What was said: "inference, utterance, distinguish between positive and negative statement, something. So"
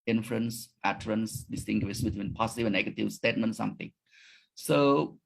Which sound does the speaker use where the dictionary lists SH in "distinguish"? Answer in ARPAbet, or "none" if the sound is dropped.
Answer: S